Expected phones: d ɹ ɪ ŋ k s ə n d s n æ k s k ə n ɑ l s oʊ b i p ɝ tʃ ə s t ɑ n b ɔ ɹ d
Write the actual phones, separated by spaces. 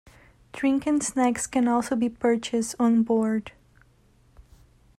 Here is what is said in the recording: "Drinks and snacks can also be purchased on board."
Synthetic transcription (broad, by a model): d ɹ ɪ ŋ k ə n s n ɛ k s k ə n ɑ l s oʊ b i p ɝ tʃ ə s t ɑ n b ɔ ɹ d